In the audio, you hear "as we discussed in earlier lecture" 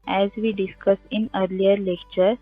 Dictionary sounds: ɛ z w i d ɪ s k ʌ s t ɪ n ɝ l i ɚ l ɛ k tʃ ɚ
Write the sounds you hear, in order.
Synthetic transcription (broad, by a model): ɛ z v i d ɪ s k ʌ s ɪ n ɝ l i ɚ l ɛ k tʃ ɚ